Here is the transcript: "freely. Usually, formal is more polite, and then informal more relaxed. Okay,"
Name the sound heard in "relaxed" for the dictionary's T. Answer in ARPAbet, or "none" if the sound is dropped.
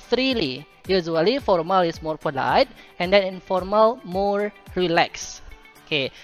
none